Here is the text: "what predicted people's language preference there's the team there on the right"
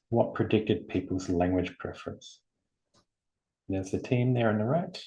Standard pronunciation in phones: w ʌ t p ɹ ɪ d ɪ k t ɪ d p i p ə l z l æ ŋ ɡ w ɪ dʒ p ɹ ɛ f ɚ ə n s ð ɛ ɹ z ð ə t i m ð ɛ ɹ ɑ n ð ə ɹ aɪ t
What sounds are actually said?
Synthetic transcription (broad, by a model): w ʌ t p ɹ ɪ d ɪ k t ɪ d p i p ə l z l æ ŋ ɡ w ɪ dʒ p ɹ ɛ f ɚ ə n s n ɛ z ð ə t i m ð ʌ ɹ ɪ n ð ə ɹ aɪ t